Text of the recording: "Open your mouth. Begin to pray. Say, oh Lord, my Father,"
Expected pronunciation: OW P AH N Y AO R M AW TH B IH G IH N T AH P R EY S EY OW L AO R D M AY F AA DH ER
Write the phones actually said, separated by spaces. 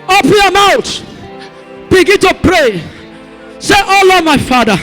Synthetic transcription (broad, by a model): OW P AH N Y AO M AW T B IH G IH N T AH P R EY S EY OW L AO M AY F AA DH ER